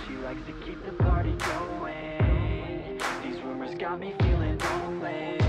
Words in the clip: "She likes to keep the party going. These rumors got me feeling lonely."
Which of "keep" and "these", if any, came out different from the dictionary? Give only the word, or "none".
none